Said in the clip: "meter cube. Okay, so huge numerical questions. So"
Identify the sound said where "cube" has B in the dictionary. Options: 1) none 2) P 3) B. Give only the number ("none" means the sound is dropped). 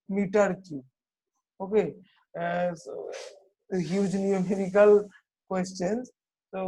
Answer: 1